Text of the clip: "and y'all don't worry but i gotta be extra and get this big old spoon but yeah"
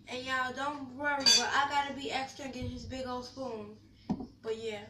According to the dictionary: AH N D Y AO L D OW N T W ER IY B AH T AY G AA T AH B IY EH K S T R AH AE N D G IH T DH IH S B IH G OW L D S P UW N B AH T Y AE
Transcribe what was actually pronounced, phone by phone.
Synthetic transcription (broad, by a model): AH N Y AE D OW N T W ER IY B AH T AY G AA T AH B IY EH K S T R AH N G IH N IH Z B IH G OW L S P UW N B AH T Y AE